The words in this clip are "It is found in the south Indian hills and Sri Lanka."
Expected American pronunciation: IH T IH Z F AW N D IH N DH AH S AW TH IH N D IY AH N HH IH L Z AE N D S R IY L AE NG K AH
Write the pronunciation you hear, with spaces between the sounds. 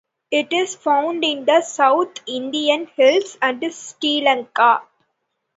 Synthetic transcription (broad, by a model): IH T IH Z F AW N D IH N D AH S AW T IH N D IY AH N HH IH L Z AE N D S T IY L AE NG K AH